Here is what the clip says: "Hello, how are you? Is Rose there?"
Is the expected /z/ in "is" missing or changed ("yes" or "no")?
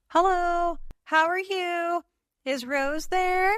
no